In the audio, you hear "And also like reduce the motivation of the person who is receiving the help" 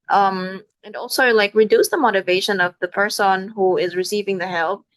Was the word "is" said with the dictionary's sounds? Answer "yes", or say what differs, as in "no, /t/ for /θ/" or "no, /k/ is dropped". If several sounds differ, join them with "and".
yes